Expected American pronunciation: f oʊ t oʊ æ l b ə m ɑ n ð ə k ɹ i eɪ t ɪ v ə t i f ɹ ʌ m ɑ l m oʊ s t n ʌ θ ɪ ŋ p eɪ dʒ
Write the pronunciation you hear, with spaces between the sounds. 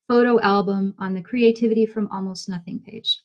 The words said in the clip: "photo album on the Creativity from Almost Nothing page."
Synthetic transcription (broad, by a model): f oʊ t oʊ æ l b ə m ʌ n ð ə k ɹ i eɪ t ɪ v ə t i f ɹ ʌ m ɑ l m oʊ s t n ʌ θ ɪ ŋ p eɪ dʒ